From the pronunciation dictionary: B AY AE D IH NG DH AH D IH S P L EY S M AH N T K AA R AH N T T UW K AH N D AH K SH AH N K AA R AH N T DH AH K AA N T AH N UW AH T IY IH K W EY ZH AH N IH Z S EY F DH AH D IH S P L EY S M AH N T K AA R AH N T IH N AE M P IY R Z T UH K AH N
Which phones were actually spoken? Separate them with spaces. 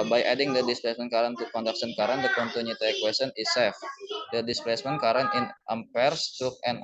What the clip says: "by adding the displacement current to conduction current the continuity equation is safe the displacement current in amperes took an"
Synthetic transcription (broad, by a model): B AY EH D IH NG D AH D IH S P L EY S M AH N K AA R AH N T T UW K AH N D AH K S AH N K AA R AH N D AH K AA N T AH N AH T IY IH K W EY S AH N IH S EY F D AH D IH S P L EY S M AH N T K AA R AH N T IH N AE M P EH R S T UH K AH N